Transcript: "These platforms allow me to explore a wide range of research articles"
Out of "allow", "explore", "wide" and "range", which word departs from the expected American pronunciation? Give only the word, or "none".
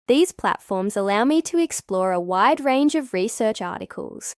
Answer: none